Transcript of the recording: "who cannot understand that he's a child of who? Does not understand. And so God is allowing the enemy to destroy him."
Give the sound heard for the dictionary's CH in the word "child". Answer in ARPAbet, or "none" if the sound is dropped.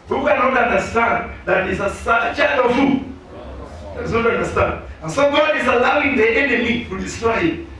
S